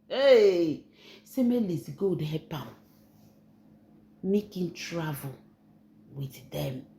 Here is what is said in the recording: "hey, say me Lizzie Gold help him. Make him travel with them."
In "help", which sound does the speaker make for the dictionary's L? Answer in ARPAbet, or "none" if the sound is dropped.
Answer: none